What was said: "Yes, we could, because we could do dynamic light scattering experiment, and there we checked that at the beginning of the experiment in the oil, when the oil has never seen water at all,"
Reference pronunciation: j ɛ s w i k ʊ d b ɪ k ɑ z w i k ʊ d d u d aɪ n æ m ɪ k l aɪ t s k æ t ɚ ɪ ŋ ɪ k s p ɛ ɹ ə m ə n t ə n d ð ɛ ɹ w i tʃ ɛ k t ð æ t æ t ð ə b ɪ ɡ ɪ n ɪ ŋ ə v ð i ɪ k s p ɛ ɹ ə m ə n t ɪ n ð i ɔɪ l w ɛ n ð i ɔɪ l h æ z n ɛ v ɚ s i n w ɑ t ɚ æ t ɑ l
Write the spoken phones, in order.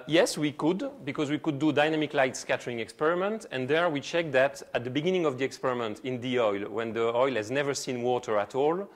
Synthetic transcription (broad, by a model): j ɛ s w i k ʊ d b ɪ k ɑ z w i k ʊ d d u d aɪ n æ m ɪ k l aɪ t s k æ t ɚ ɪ ŋ ɪ k s p ɛ ɹ ə m ə n t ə n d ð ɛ ɹ w i tʃ ɛ k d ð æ t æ t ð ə b ɪ ɡ ɪ n ɪ ŋ ə v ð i ɪ k s p ɛ ɹ ə m ə n t ɪ n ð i ɔɪ l w ɛ n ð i ɔɪ l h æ z n ɛ v ɚ s i n w ɑ t ɚ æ t ɑ l